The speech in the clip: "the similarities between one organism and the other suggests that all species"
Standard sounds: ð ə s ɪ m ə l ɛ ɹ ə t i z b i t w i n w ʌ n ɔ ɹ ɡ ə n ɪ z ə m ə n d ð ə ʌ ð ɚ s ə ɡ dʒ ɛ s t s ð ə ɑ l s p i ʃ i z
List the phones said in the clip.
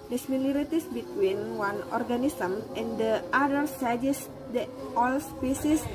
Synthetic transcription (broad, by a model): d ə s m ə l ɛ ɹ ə t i s b i t w i n w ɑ n ɔ ɹ ɡ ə n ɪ s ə m ə n d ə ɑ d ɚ s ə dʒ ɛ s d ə ɑ l s p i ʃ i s